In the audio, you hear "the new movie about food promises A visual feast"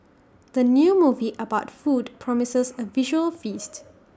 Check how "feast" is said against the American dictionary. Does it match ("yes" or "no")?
yes